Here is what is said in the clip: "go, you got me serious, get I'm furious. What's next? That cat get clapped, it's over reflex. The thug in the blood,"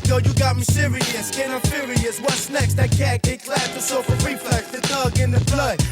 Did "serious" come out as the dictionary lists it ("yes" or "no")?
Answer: yes